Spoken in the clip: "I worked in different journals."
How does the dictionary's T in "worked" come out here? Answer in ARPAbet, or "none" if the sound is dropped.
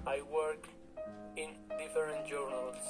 none